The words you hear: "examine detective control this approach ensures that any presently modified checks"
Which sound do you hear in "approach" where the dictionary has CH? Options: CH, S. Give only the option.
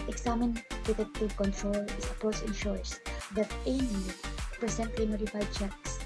S